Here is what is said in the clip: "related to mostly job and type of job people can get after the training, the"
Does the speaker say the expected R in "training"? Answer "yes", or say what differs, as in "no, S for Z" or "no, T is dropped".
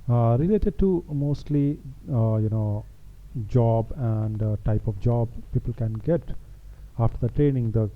yes